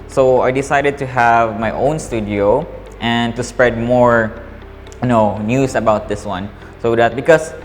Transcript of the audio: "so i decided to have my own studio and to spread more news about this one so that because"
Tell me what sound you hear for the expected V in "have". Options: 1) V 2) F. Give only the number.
1